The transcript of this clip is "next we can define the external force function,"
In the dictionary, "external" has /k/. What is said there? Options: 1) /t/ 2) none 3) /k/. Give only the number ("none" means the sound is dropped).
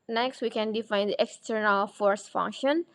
3